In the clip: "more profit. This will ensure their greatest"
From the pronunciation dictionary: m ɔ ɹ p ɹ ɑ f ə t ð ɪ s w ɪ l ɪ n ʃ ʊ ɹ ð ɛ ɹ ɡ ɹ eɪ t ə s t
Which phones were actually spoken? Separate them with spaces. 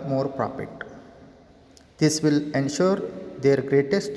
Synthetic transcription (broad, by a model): m ɔ ɹ p ɹ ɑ p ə t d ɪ s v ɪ l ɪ n ʃ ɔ ɹ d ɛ ɹ ɡ ɹ eɪ t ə s t